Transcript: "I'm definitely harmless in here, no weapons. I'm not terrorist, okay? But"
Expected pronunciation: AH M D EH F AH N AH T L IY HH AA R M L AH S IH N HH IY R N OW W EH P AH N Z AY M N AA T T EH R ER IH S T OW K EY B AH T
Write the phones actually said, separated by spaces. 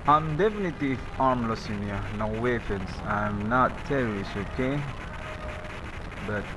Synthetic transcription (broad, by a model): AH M D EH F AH N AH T IY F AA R M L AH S IH N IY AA N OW W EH F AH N S AY M N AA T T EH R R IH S OW K EY B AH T